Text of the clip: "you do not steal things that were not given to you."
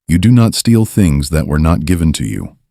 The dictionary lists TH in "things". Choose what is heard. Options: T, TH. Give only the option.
TH